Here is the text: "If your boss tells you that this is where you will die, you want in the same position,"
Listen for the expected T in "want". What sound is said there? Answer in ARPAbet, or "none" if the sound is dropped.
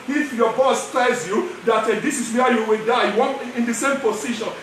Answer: none